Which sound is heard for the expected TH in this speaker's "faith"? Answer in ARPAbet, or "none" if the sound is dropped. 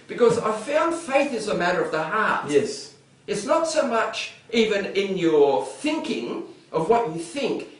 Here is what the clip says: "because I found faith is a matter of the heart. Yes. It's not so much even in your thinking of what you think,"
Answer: TH